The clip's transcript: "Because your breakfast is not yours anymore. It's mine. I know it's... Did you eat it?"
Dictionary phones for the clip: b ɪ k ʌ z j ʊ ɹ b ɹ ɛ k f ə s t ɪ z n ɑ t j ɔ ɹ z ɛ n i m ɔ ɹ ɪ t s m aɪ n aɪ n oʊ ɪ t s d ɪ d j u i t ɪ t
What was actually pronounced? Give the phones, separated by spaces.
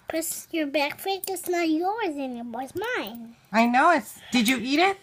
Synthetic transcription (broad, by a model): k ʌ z j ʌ ɹ b ɛ k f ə t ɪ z n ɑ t j ɔ ɹ z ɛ n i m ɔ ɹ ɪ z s m aɪ n aɪ n oʊ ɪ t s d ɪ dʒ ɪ i t ɪ t